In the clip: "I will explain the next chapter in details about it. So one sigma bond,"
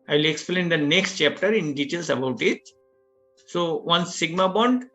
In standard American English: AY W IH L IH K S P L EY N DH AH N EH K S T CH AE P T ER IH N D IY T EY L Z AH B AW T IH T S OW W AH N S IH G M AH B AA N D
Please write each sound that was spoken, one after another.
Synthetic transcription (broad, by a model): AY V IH L IH K S P L EY N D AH N EH K S T CH AE P T ER IH N D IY T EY L S AH B AW T IH T S OW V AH N S IH G M AH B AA N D